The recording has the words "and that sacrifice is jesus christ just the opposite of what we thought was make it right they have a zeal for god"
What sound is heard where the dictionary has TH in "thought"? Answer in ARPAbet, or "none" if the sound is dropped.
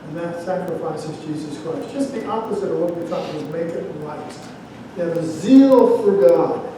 T